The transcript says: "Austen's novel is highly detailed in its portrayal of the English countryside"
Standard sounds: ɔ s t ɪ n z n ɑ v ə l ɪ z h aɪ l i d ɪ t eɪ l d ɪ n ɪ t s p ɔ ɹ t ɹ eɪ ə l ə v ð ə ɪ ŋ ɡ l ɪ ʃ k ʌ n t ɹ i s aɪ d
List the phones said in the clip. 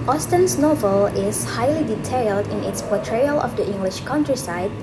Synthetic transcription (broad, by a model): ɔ s t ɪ n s n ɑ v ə l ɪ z h aɪ l i d ɪ t eɪ l d ɪ n ɪ t s p ɔ t ɹ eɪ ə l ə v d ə ɪ ŋ ɡ l ɪ ʃ k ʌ n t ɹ i s aɪ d